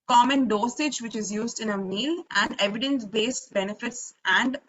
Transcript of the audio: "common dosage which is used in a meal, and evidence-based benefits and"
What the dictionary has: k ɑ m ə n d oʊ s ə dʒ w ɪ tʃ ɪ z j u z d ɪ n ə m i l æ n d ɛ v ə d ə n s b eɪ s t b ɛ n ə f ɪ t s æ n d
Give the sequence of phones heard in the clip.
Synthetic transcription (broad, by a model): k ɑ m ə n d oʊ s ə dʒ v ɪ tʃ ɪ z j u z d ɪ n ə m i l æ n d ɛ v ə d ə n s b eɪ s t b ɛ n ə f ɪ t s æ n d